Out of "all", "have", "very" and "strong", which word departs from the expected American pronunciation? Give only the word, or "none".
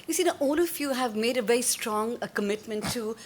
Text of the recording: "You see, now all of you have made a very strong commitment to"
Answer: none